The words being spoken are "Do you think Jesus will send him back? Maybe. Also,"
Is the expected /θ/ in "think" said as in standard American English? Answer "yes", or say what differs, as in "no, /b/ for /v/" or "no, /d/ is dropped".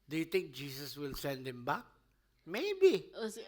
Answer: no, /t/ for /θ/